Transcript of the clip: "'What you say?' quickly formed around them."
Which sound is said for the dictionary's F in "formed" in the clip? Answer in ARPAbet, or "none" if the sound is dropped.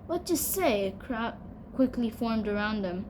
F